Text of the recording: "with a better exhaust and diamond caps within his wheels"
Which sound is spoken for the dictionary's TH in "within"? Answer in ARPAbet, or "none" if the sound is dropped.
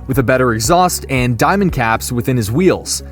TH